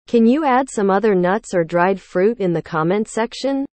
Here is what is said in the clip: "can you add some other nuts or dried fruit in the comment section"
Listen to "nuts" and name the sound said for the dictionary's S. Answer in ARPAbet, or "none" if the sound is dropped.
S